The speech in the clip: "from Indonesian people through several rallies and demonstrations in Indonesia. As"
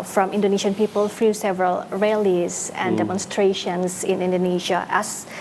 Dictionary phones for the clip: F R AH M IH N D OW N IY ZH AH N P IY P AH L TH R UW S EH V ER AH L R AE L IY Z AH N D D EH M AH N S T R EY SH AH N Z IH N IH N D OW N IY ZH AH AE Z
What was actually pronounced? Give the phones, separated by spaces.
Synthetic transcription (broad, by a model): F R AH M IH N D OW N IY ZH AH N P IY P AH L F R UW S EH V ER AH L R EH L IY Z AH N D D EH M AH N S T R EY SH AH N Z IH N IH N D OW N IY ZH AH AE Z